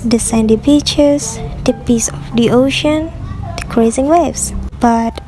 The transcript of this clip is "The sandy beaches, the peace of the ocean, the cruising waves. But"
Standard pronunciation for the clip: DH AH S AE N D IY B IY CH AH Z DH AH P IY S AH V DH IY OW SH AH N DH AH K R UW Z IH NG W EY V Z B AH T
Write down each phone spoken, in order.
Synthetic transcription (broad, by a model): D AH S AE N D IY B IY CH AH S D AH P IY S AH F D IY OW SH AH N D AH K R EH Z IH NG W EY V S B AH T